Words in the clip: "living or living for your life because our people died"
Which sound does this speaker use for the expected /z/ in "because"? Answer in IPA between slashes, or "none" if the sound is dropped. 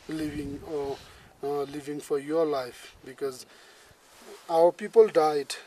/z/